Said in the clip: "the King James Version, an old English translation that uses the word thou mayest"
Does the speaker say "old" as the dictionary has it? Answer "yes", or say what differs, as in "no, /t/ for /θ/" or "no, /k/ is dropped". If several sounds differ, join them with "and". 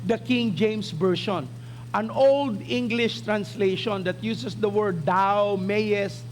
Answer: yes